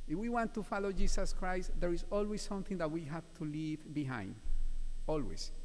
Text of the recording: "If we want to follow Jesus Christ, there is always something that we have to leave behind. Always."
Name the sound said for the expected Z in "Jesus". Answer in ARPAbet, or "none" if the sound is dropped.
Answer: S